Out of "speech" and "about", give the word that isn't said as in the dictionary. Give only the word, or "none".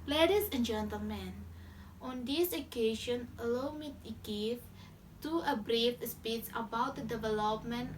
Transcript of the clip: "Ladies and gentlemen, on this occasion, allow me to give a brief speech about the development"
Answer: speech